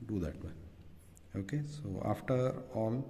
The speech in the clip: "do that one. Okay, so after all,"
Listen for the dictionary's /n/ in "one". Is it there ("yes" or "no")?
no